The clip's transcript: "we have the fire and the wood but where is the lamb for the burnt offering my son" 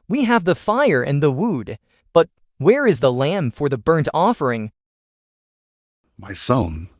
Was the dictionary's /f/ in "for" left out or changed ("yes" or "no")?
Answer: no